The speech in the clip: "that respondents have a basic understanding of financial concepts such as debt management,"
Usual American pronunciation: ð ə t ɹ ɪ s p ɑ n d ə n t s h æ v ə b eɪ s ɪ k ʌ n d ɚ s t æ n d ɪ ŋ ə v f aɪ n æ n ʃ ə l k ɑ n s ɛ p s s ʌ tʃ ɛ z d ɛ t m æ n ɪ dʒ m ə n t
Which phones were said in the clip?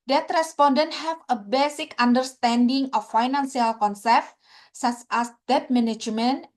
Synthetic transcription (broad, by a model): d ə t ɹ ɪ s p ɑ n d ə n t h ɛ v ə b eɪ s ɪ k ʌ n d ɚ s t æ n d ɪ ŋ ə f aɪ n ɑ n s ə l k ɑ n s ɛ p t s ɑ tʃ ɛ s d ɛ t m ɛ n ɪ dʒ m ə n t